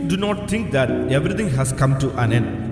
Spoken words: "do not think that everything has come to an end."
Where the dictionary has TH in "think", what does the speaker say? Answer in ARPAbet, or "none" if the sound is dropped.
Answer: T